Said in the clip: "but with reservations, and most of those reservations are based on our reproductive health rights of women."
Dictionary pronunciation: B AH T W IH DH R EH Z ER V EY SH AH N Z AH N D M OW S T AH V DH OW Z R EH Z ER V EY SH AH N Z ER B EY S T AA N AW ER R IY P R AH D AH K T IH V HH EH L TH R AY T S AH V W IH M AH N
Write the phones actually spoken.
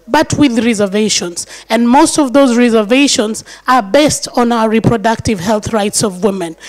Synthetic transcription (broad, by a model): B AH T W IH DH R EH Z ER V EY SH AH N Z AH N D M OW S T AH V DH OW Z R EH Z ER V EY SH AH N Z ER B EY S T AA N AW ER R IY P R AH D AH K T IH V HH EH L TH R AY T S AH V W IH M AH N